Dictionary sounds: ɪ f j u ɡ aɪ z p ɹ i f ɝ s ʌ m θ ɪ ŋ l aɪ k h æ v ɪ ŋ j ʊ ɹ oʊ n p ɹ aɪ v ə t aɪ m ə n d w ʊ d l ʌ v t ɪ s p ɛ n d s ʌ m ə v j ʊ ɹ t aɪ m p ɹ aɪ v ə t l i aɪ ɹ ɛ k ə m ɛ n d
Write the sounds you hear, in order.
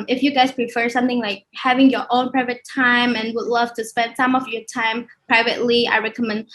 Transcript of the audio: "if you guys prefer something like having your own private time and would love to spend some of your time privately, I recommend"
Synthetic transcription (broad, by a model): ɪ f j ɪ ɡ aɪ z p ɹ i f ɝ s ʌ m θ ɪ ŋ l aɪ k h æ v ɪ ŋ j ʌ ɹ oʊ n p ɹ aɪ v ə t aɪ m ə n w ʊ d l ʌ v t ɪ s p ɛ n d s ʌ m ə v j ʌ ɹ t aɪ m p ɹ aɪ v ə t l i aɪ ɹ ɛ k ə m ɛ n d